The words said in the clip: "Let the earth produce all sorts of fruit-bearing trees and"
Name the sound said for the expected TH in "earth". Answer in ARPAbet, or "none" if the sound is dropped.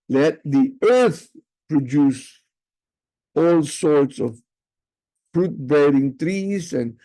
TH